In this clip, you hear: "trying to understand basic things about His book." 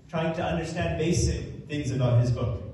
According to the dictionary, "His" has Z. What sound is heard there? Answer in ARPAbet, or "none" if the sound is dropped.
Z